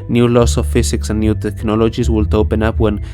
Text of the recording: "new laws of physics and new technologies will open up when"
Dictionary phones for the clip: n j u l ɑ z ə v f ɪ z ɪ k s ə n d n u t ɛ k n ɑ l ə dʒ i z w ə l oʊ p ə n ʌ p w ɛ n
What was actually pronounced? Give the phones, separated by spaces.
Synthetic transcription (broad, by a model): n j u l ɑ s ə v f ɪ s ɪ k s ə n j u t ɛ k n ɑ l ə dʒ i s w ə l oʊ p ə n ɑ p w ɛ n